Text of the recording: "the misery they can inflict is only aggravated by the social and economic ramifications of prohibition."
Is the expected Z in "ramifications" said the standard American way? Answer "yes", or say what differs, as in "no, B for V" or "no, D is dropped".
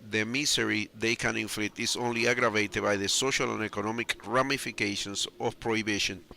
no, S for Z